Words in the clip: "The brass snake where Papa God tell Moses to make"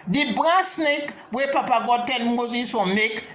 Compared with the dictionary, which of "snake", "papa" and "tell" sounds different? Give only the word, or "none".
tell